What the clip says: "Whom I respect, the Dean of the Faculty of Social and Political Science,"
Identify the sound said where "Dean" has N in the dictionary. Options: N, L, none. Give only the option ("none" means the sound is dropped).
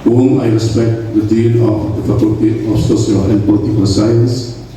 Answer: L